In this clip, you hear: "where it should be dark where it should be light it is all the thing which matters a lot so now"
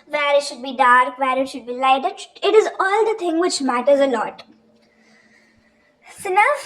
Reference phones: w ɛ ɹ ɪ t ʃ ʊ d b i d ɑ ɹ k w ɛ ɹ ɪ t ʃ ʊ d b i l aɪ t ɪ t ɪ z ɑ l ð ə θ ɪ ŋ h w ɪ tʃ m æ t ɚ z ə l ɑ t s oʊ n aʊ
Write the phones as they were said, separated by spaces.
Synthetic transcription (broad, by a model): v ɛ ɹ ɪ t ʃ ʊ d b i d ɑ ɹ k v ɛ ɹ ɪ t ʃ ʊ d b i l aɪ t ɪ t ɪ z ɑ l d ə t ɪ ŋ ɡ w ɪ tʃ m æ t ɚ z ə l ɑ t s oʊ n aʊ